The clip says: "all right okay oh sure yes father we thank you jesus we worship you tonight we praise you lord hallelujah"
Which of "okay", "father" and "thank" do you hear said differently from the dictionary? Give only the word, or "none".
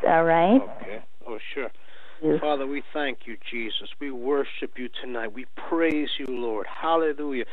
none